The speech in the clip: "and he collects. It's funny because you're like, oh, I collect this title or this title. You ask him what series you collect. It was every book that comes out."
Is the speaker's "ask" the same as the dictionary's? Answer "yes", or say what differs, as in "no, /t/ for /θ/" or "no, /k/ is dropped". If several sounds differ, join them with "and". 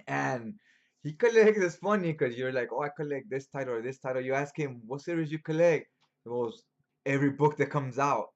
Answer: yes